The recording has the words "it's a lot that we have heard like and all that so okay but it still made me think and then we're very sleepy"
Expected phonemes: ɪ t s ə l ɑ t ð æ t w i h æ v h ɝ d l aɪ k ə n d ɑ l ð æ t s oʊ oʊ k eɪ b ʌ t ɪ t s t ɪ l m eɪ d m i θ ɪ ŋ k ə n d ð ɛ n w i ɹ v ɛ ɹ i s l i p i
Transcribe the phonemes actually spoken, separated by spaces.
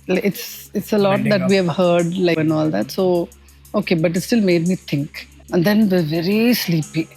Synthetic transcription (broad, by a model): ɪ t s ə l ɑ t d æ t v i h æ v h ɝ d l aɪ ə n ɑ l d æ t s oʊ oʊ k eɪ b ʌ t ɪ t s t ɪ l m eɪ d m i t ɪ ŋ k ə n d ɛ n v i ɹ v ɛ ɹ i s l i p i